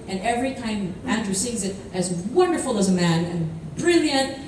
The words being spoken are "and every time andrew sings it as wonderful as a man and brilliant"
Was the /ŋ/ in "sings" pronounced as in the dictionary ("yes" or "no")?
no